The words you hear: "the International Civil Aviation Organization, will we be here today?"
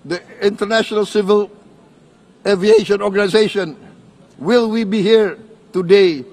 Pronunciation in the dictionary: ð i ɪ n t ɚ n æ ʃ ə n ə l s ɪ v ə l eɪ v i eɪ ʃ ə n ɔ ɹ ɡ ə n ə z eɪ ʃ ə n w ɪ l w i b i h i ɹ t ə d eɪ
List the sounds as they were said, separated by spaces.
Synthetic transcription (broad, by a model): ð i ɪ n t ɚ n æ ʃ ə n ə l s ɪ v ə l eɪ v i eɪ ʃ ə n ɔ ɹ ɡ ə n ə z eɪ ʃ ə n w ɪ l w i b i h i ɹ t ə d eɪ